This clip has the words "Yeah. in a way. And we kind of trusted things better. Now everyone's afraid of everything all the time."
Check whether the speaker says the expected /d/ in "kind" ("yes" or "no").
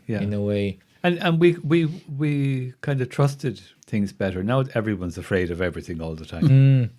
yes